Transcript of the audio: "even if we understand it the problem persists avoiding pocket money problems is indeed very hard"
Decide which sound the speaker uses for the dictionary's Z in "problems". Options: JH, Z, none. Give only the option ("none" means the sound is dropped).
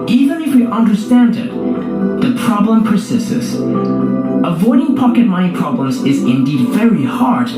Z